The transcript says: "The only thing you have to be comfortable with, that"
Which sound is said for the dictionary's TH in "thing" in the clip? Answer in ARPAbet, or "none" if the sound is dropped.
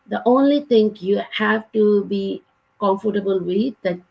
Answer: T